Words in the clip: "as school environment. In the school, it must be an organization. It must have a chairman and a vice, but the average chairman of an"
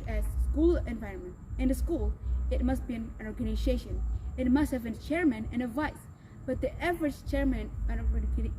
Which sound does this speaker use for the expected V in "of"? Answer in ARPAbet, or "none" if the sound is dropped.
P